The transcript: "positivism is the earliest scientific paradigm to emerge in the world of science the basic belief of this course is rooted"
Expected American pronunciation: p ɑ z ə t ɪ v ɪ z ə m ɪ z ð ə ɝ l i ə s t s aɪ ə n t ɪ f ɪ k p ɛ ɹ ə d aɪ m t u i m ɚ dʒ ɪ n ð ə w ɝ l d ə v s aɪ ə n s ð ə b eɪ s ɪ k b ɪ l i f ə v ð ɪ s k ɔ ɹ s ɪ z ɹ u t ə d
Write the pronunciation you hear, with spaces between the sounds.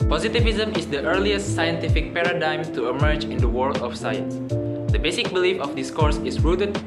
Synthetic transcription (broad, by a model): p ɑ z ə t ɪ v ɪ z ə m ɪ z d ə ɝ l i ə s t s aɪ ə n t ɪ f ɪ k p ɛ ɹ ə d aɪ m t u i m ɚ dʒ ɪ n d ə w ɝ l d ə f s aɪ ə n s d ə b eɪ s ɪ k b ɪ l i f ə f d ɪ s k ɔ ɹ s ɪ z ɹ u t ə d